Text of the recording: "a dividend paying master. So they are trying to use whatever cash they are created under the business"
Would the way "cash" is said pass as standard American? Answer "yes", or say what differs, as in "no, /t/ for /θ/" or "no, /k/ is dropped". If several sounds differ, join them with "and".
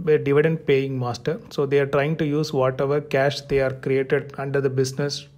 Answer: yes